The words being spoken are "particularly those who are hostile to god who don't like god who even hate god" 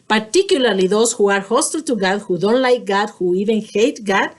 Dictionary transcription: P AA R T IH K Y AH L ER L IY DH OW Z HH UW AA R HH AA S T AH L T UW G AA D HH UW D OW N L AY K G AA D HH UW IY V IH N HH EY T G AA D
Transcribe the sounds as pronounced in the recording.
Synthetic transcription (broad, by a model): P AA R T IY K Y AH L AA L IY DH OW S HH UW AA R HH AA S T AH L T UW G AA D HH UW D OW N L AY K G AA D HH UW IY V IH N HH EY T G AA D